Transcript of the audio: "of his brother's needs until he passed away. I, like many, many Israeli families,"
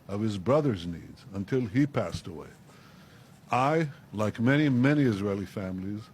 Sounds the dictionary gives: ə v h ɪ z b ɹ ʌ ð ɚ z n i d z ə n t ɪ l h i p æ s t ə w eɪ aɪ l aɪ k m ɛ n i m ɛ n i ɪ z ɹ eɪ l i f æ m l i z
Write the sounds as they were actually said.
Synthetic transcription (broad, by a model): ə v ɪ z b ɹ ʌ ð ɚ z n i d z ə n t ɪ l i p æ s t ə w eɪ aɪ l aɪ k m ɛ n i m ɛ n i ɪ z ɹ eɪ l i f æ m l i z